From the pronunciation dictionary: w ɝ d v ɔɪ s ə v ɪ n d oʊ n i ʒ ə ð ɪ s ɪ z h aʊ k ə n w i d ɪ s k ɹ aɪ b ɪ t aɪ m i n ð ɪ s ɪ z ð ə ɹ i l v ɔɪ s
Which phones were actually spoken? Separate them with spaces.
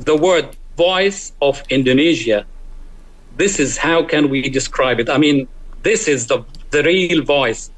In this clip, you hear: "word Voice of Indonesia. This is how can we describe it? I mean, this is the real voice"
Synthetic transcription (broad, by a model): w ɝ d v ɔɪ s ə v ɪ n d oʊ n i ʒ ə ð ɪ s ɪ z h aʊ k ə n w i d ɪ s k ɹ aɪ b ɪ t aɪ m i n ð ɪ s ɪ z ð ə ɹ i l v ɔɪ s